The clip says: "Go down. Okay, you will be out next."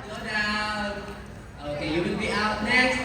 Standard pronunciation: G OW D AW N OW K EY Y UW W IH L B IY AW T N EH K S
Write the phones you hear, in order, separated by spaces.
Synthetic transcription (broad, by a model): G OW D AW OW K EY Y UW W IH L B IY AW T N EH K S